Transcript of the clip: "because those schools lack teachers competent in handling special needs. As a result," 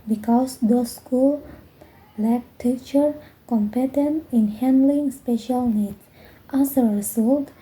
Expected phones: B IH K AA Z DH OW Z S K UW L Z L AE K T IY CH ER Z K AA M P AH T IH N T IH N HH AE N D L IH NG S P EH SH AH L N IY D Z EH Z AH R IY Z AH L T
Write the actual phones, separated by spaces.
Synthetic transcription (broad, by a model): B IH K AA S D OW S K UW L L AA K T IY CH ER K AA M P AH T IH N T IH N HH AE N D L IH NG S P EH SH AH L N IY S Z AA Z AH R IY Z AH L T